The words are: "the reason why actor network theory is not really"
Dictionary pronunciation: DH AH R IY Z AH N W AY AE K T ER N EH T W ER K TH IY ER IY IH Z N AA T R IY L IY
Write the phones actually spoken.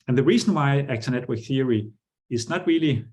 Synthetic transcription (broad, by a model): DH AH R IY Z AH N W AY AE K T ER N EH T W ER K TH IY ER IY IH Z N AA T R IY L IY